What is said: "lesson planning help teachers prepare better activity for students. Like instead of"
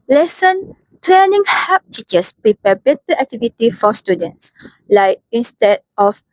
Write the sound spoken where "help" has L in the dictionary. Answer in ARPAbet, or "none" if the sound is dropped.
none